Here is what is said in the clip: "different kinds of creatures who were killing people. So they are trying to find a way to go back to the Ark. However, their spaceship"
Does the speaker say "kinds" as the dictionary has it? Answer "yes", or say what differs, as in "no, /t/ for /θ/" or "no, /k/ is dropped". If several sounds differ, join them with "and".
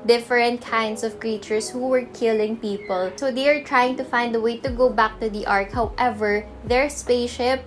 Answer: no, /s/ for /z/